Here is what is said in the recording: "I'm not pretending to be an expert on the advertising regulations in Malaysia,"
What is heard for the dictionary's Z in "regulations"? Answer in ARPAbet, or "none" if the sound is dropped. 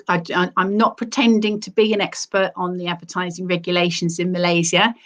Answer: Z